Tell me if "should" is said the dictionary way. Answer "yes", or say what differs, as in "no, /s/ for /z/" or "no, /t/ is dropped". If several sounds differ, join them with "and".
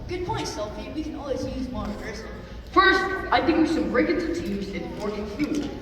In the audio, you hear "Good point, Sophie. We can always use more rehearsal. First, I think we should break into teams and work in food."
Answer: no, /s/ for /ʃ/